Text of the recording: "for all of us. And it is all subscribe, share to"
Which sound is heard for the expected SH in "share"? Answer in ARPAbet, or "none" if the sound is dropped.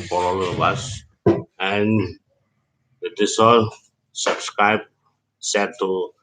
S